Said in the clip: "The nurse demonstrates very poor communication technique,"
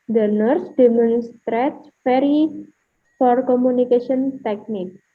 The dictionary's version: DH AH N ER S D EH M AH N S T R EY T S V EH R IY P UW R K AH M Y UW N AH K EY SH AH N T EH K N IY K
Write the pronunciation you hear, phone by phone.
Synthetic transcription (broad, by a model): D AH N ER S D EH M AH N S T R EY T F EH R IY F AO R K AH M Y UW N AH K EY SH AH N T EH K N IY K